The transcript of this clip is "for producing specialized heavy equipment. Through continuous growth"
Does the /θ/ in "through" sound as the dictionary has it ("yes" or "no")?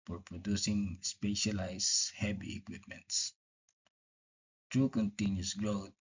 no